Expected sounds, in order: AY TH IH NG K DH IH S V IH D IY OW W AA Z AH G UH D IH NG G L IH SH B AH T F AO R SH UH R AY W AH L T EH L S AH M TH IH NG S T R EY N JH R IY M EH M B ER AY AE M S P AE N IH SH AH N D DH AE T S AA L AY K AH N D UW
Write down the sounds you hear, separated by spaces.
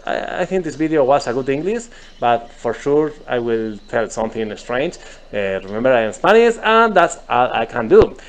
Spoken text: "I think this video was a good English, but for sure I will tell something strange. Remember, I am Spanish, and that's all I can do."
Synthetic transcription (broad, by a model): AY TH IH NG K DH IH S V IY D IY OW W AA S AH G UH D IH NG G L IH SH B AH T F AO R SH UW R AY W AH L T EH L S AH M TH IH NG S T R EY N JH R IY M EH M B ER AY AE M S P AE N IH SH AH N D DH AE T S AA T AY K AH N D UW